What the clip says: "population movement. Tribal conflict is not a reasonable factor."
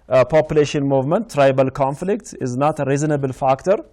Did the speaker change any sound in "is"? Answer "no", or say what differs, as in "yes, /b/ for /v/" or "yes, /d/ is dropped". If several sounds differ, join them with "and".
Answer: no